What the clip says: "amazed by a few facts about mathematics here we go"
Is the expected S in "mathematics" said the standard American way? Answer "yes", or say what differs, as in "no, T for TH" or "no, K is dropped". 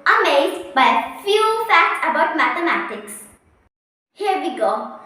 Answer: yes